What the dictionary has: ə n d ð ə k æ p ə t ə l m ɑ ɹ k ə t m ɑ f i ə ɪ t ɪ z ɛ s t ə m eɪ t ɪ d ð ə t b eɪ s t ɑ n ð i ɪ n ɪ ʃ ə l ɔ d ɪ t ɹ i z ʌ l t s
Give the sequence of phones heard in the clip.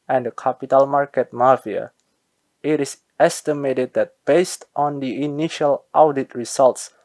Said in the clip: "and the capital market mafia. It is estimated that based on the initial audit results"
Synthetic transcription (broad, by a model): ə n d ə k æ p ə t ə l m ɑ ɹ k ə t m ɑ f i ə ɪ t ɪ s ɛ s t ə m eɪ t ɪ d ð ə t b eɪ s t ɑ n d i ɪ n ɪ ʃ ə l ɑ d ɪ t ɹ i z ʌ l t s